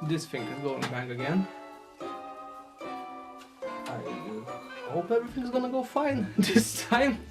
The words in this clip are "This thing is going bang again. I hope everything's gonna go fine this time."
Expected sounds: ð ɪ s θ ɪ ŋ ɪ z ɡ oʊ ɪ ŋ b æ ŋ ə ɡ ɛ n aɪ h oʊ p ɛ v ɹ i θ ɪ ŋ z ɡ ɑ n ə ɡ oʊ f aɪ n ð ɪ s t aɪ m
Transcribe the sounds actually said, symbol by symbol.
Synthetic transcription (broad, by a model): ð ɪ s f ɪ ŋ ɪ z ɡ oʊ ɪ ŋ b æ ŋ ə ɡ ɛ n aɪ h oʊ p ɛ v ɹ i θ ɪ ŋ z ɡ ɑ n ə ɡ oʊ f aɪ n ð ɪ s t aɪ m